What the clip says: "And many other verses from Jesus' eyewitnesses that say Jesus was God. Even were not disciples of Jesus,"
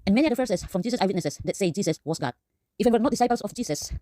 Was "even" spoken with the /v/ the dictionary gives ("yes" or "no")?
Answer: no